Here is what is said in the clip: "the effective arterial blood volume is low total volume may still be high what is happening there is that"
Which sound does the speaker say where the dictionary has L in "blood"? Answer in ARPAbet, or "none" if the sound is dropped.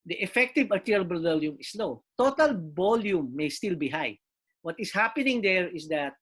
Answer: none